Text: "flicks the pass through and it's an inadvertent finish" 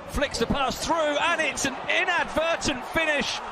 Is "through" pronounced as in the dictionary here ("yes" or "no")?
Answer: yes